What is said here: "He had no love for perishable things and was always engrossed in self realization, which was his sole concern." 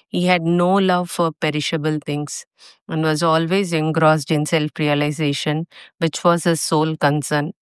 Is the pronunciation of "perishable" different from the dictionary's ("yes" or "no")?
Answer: no